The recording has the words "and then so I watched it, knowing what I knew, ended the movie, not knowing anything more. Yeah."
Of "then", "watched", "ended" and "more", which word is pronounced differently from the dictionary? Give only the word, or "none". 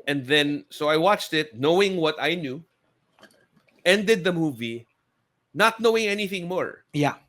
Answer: none